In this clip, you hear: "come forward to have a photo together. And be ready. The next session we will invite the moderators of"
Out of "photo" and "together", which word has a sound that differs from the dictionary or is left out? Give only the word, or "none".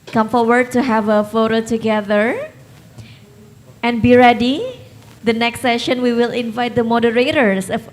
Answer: none